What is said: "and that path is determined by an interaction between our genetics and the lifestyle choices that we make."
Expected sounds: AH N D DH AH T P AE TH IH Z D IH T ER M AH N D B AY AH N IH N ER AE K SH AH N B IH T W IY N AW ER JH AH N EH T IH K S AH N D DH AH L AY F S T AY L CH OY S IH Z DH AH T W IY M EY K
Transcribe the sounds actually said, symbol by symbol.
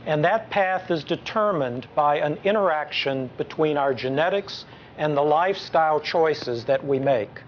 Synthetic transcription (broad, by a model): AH N DH AH T P AE TH IH Z D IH T ER M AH N B AY AH N IH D ER AE K SH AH N B IH T W IY N AW ER JH AH N EH T IH K S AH N DH AH L AY F S T AY L CH OY S IH Z DH AH T W IY M EY K